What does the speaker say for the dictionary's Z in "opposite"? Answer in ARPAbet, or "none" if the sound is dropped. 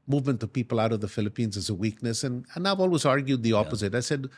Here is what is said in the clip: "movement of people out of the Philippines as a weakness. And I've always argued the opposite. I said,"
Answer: Z